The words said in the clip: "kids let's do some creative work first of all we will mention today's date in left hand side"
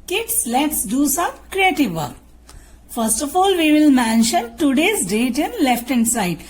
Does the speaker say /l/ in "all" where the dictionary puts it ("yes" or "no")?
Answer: yes